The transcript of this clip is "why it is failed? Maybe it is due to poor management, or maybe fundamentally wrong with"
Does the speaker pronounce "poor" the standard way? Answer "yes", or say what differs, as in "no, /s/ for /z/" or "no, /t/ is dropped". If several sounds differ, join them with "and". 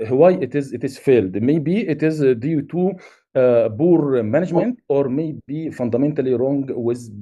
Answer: no, /b/ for /p/